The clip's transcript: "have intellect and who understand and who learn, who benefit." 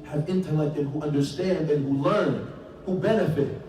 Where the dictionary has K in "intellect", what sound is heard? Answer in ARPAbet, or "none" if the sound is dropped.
K